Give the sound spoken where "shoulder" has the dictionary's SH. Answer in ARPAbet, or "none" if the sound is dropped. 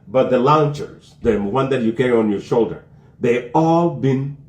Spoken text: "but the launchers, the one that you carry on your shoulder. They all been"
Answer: SH